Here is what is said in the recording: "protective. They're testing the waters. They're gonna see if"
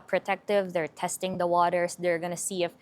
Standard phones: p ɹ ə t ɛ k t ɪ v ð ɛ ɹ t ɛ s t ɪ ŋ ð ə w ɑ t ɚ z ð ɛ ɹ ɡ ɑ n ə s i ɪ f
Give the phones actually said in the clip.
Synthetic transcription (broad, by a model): p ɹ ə t ɛ k t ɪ v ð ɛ ɹ t ɛ s t ɪ ŋ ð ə w ɑ t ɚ s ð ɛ ɹ ɡ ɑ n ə s i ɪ f